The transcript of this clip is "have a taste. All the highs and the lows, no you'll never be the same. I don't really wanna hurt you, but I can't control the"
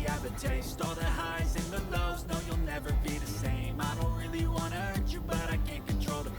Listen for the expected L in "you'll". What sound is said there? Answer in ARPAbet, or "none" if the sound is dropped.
L